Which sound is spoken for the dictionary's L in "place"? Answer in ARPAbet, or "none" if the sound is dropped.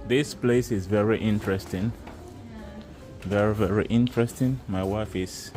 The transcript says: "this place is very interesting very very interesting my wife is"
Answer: L